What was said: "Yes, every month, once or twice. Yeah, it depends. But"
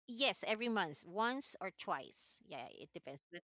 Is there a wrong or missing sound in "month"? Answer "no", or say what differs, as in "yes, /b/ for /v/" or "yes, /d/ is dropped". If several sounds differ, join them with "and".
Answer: no